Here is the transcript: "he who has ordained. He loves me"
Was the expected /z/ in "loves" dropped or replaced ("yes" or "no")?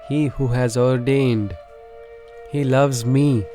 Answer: no